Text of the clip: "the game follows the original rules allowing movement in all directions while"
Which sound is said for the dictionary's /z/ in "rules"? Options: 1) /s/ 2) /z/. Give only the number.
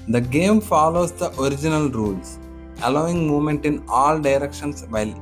1